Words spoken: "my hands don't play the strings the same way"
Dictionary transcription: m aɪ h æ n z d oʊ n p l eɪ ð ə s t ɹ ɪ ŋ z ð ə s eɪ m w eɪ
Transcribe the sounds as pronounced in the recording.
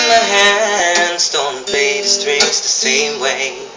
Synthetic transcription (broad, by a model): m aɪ h æ n z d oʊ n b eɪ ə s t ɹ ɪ z ð ə s eɪ m w eɪ